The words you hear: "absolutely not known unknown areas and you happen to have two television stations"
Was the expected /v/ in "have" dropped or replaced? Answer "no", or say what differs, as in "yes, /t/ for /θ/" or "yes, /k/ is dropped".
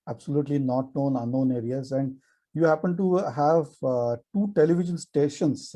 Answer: no